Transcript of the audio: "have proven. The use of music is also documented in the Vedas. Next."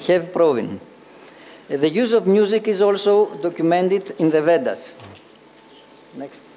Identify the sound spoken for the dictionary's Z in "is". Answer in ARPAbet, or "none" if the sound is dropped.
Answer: Z